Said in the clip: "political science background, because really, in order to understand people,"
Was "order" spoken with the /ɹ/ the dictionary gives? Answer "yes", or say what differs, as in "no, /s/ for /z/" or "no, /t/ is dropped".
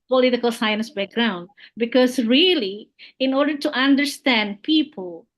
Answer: yes